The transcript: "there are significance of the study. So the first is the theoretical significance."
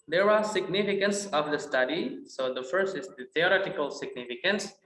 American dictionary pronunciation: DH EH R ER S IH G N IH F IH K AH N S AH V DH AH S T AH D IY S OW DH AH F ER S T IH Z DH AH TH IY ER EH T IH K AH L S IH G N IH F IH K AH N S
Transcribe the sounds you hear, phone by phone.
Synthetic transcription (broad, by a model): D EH R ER S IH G N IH F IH K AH N S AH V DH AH S T AH D IY S OW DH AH F ER S T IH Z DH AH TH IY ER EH T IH K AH L S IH G N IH F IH K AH N S